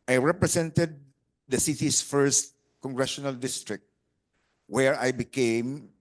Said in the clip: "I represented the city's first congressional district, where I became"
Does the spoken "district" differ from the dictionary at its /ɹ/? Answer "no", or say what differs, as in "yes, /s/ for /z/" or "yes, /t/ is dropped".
no